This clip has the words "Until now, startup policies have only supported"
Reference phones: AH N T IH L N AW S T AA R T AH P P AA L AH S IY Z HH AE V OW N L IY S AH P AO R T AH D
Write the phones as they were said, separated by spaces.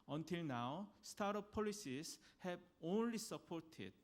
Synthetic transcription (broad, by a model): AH N T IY L N AW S T AA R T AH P P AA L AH S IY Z HH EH B OW N L IY S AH P AO R T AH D